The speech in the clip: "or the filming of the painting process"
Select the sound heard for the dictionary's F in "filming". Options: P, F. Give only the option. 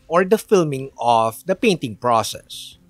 F